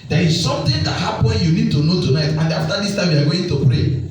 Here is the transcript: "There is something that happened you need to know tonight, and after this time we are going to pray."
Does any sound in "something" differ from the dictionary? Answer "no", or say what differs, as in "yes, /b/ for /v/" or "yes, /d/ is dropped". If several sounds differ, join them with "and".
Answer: yes, /t/ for /θ/